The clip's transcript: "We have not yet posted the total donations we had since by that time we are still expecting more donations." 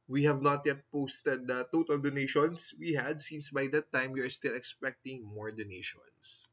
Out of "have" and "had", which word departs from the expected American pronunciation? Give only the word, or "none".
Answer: none